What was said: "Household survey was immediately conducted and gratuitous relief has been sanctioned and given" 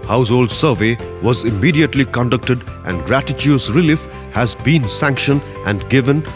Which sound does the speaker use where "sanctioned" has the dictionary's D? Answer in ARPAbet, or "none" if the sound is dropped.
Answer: none